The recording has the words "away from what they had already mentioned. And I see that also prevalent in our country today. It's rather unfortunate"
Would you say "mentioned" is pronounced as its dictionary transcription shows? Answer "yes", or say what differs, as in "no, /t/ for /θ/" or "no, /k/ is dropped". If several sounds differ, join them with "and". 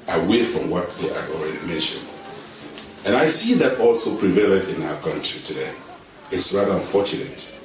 yes